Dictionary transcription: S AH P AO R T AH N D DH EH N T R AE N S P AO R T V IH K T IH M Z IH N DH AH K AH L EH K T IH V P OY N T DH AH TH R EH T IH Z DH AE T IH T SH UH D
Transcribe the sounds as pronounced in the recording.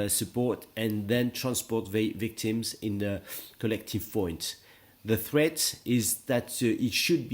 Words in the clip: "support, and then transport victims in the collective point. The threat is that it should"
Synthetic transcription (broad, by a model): S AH P AO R T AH N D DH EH N T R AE N S P AO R T V IH K T IH M Z IH N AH K AH L EH K T IH V P OY N T DH AH TH R EH T IH Z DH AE T IH T SH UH D